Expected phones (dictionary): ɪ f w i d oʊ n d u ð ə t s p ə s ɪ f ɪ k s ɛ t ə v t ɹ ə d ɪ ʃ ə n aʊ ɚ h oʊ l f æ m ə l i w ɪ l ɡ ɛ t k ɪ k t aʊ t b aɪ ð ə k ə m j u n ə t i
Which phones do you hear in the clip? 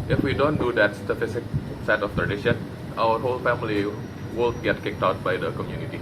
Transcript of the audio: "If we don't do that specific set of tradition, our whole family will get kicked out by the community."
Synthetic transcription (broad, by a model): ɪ f w i d oʊ n d u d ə t s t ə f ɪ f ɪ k s ɛ t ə f t ɹ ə d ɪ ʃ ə n aʊ ɚ h oʊ l f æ m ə l i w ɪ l ɡ ɛ t k ɪ k t aʊ t b aɪ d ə k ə m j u n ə t i